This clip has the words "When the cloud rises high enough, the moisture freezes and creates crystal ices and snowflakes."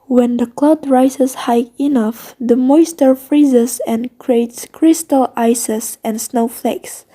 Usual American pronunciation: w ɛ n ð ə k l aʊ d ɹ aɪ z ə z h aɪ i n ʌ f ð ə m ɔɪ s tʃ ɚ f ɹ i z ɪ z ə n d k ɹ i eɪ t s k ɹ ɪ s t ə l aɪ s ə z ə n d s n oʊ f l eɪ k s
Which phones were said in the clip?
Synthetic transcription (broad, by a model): w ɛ n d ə k l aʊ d ɹ aɪ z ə s h aɪ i n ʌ f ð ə m ɔɪ s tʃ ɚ f ɹ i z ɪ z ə n k ɹ i eɪ t s k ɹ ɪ s t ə l aɪ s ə s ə n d s n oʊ f l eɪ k s